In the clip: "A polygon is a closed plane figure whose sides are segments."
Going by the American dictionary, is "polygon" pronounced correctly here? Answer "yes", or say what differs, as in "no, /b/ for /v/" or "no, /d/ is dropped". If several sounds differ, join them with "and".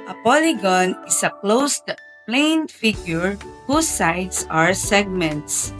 yes